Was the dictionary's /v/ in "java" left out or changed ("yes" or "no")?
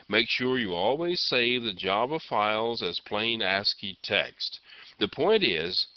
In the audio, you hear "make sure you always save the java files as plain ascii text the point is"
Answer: yes